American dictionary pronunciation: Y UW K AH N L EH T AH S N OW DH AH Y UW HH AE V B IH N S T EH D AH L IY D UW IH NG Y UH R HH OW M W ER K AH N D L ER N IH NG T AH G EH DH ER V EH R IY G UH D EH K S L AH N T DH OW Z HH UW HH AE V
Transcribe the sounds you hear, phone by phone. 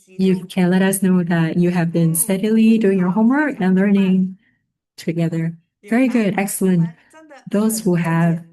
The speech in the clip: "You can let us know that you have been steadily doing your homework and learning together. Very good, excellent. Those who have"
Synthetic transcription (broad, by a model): Y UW K AH N L EH T AH S N OW DH AH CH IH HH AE V B IH N S T EH D AH L IY D UW IH NG Y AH R HH OW M W ER K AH N L ER N IH NG T AH G EH DH ER V EH R IY G UH D EH K S L AH N T DH OW Z HH UW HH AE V